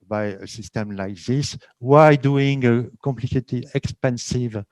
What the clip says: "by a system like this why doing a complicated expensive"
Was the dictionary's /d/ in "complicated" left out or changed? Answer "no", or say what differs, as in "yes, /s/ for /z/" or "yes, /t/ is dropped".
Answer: yes, /d/ is dropped